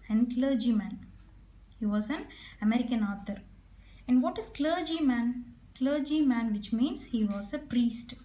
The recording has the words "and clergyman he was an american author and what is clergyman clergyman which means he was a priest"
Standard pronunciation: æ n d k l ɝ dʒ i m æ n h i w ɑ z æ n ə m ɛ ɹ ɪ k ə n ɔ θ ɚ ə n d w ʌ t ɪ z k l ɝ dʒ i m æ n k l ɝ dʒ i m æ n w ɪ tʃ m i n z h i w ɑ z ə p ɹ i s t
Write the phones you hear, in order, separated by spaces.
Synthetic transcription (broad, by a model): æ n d k l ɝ dʒ i m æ n h i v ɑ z æ n ə m ɛ ɹ ɪ k ə n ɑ t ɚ ə n d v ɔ t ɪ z k l ɝ dʒ i m æ n k l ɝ dʒ i m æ n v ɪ tʃ m i n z h i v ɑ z ə p ɹ i s t